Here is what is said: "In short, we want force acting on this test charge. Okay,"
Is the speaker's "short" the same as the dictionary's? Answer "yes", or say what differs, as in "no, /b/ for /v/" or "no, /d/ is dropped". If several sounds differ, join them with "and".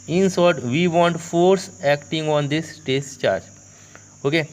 no, /s/ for /ʃ/